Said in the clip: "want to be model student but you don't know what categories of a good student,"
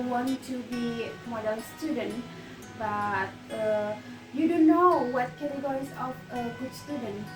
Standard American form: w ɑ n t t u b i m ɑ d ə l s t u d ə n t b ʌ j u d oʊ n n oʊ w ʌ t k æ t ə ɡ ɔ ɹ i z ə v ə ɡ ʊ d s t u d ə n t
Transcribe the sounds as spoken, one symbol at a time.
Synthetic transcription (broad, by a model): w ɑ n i t u b i m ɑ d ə n s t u d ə n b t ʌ j u d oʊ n n oʊ w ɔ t k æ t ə ɡ ɔ ɹ i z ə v ə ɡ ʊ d s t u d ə n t